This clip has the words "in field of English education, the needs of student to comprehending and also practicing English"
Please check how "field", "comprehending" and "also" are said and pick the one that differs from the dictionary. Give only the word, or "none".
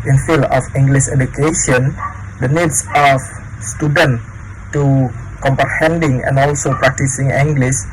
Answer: field